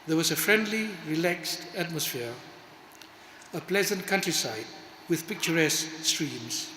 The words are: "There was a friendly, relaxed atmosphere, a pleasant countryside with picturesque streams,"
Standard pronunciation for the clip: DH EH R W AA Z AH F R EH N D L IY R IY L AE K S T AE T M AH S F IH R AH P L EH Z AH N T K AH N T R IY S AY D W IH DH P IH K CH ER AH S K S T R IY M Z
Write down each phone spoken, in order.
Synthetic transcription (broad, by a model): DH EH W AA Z AH F R EH N D L IY R IY L AE K S T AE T M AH S F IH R AH P L EH Z AH N T K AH N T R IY S AY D W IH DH P IH K CH ER AH S K S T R IY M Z